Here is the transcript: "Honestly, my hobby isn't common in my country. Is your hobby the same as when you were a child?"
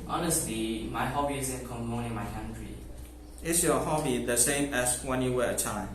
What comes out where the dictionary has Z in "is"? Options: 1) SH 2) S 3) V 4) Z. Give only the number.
2